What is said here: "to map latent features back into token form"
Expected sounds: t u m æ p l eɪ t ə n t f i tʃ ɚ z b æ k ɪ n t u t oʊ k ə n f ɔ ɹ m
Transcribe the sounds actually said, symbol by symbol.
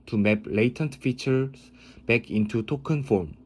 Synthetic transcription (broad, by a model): t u m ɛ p l eɪ t ə n t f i tʃ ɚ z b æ k ɪ n t u t oʊ k ə n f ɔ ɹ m